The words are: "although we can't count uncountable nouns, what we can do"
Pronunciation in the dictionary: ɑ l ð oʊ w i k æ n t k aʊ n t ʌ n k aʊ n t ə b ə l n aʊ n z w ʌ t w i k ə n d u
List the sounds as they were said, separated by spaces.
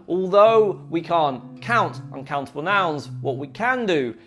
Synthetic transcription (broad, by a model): ɑ l ð oʊ w i k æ n k aʊ n t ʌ n k aʊ n t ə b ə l n aʊ n z w ʌ t w i k ə n d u